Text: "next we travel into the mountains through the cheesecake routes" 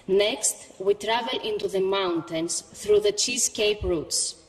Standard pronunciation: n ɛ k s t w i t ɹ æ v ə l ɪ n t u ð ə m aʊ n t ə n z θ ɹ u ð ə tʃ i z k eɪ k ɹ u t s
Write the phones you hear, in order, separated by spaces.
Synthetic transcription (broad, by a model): n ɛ k s t w i t ɹ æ v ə l ɪ n t u ð ə m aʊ n t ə n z θ ɹ u ð ə tʃ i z k eɪ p ɹ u t s